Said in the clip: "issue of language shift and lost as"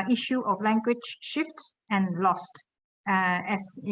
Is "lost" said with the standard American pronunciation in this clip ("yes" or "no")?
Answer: yes